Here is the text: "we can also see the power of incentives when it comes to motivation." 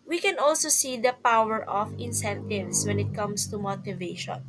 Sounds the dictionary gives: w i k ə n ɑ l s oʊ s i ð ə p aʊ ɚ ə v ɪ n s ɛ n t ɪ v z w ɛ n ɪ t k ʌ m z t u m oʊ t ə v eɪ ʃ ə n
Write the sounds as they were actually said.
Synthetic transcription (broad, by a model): w i k ə n ɑ l s oʊ s i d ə p aʊ ɚ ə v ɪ n s ɛ n t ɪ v s w ɛ n ɪ t k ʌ m s t u m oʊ t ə v eɪ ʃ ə n